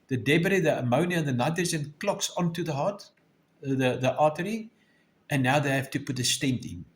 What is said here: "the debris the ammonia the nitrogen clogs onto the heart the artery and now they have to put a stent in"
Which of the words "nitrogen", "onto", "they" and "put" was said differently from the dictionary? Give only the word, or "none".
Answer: nitrogen